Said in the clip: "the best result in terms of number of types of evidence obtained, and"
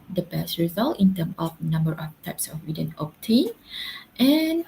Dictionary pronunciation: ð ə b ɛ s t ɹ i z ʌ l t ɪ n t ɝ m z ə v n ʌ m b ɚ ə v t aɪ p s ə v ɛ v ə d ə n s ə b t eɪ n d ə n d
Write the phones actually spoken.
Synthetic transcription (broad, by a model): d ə b ɛ s t ɹ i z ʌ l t ɪ n t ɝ m ə f n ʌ m b ɚ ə f t aɪ p s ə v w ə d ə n ə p t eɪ n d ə n